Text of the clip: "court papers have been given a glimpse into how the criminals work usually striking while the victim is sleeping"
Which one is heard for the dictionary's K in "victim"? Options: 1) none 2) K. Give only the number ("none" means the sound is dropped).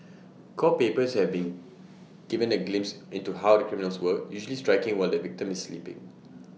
2